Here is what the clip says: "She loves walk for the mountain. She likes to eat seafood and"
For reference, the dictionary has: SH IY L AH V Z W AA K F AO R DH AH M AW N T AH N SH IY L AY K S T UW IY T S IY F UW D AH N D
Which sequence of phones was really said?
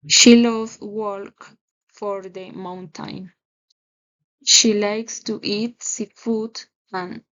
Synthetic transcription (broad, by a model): SH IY L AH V W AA K F AO R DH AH M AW N T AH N SH IY L AY K S T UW IY T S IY F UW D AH N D